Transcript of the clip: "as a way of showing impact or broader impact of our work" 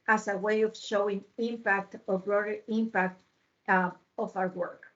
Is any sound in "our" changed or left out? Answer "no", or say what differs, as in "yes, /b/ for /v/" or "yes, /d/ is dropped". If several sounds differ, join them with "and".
yes, /w/ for /ɹ/